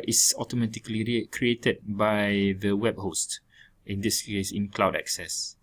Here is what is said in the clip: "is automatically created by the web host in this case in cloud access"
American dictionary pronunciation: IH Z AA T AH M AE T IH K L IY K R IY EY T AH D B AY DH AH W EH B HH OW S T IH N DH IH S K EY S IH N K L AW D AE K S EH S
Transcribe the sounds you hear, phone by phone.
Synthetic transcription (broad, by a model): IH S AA T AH M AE T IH K L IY K R IY EY T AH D B AY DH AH W EH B HH OW S T IH N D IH S K EY S IH N K L AW D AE K S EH S